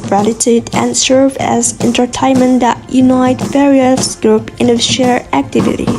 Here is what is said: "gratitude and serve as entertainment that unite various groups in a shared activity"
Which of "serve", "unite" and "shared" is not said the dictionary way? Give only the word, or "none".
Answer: shared